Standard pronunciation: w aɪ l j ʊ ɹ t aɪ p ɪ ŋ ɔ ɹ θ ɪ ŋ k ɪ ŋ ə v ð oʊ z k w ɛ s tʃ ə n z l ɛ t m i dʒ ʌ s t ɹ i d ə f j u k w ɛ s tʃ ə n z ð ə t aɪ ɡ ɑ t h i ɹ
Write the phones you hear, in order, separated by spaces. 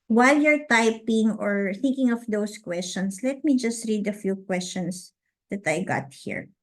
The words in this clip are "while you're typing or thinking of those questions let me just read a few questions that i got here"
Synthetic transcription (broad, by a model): w aɪ l j ʊ ɹ t aɪ p ɪ ŋ ɔ ɹ θ ɪ ŋ k ɪ ŋ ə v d oʊ s k w ɛ s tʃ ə n s l ɛ t m i dʒ ʌ s t ɹ i d ə f j u k w ɛ s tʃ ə n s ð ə t aɪ ɡ ɑ t h i ɹ